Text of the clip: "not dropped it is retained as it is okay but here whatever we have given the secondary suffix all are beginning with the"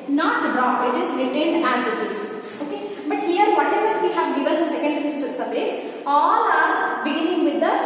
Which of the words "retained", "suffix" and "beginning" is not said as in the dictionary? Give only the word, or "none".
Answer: suffix